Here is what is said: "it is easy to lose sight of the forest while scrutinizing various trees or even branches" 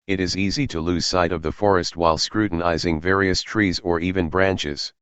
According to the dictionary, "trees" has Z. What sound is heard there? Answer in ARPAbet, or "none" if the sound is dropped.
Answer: Z